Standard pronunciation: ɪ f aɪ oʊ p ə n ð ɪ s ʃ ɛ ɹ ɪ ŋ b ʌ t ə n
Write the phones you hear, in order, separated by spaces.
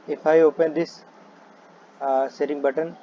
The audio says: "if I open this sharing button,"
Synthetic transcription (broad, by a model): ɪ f aɪ oʊ p ə n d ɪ s s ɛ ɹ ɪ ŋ b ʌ t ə n